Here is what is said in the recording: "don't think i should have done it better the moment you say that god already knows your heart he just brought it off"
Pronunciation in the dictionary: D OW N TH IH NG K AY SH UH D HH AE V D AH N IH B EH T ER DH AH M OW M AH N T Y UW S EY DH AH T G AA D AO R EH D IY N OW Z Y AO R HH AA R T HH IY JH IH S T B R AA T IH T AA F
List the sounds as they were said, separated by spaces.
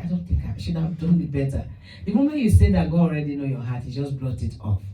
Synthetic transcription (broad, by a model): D OW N TH IH NG K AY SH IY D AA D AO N IH B EH T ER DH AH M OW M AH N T Y UW S EY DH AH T G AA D AO R EH D IY N OW Y AO HH AA T HH IY JH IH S B L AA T IH T AA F